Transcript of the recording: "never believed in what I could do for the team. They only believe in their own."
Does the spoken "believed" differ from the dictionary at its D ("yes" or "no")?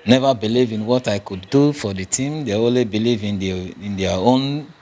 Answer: yes